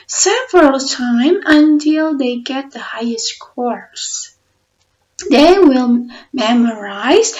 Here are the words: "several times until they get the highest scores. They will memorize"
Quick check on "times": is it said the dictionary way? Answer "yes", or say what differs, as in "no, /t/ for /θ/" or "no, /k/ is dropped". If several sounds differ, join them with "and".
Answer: no, /z/ is dropped